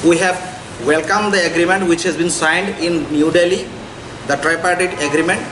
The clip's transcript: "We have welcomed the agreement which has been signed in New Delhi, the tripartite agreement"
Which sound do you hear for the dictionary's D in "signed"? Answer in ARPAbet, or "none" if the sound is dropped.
D